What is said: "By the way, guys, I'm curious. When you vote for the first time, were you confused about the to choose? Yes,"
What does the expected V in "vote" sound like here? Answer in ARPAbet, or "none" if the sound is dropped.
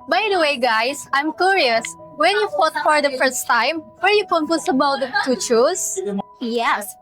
F